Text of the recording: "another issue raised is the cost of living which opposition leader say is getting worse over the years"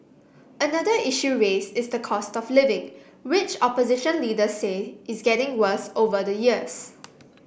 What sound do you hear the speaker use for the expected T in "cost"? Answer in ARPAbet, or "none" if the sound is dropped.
T